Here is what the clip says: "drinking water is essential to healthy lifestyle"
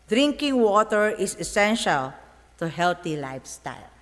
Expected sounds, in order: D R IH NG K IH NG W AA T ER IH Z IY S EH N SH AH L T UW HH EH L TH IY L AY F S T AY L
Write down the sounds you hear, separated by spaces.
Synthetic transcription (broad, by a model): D R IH NG K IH NG W AA T ER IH S IY S EH N SH AH L T UW HH EH L T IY L AY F S T AY L